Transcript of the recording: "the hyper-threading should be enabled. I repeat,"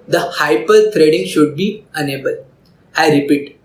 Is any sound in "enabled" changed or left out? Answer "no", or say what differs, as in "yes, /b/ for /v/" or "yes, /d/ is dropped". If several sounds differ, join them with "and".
yes, /d/ is dropped